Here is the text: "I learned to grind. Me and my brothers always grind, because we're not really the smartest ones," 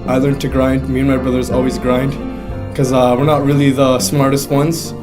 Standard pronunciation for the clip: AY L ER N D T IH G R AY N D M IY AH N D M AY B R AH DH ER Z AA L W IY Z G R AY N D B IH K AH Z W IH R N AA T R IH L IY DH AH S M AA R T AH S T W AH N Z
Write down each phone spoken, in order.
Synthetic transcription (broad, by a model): AY L ER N T IH G R AY N D M IY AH N M AY B R AH DH ER Z AA L W IY Z G R AY N D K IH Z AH W IH R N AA T R IH L IY DH AH S M AA R T AH S T W AH N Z